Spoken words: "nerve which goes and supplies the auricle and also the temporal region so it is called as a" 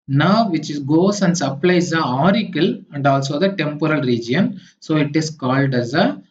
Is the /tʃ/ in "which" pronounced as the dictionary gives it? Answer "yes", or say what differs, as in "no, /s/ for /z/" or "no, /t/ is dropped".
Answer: no, /s/ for /tʃ/